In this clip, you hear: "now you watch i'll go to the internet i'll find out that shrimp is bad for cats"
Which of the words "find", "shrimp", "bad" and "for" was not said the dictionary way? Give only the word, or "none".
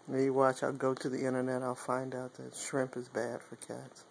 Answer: none